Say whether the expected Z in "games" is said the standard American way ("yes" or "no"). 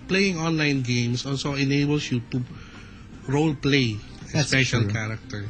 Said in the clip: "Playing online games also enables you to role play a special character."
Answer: no